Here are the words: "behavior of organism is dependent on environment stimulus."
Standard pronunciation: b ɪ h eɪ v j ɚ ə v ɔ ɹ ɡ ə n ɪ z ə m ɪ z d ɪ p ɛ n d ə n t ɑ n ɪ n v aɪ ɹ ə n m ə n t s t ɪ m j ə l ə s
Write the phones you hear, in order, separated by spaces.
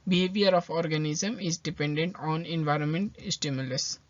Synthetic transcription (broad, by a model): b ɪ h eɪ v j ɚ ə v ɔ ɹ ɡ ə n ɪ z ə m ɪ z d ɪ p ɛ n d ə n t ɑ n ɪ n v aɪ ɹ ə n m ə n t s t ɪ m j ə l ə s